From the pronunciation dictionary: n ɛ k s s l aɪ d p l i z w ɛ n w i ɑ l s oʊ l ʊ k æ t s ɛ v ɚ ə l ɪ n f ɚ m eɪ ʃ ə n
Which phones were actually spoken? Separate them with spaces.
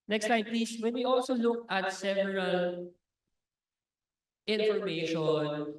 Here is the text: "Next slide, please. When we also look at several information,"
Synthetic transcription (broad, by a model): n ɛ k s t aɪ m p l i s w ɛ n w i ɑ l s oʊ l ʊ k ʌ t s ɛ v ɚ ə l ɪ n f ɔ m eɪ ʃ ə n